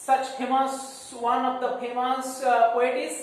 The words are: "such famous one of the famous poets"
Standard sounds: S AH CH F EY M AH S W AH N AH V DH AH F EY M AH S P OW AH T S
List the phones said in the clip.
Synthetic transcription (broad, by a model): S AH CH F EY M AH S W AH N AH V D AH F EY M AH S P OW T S